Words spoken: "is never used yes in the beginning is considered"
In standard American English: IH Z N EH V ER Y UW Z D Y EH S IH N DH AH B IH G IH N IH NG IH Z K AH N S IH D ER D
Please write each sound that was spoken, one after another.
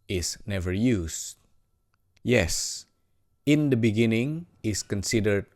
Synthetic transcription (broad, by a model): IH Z N EH V ER Y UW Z Y EH S IH N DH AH B IH G IH N IH NG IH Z K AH N S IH D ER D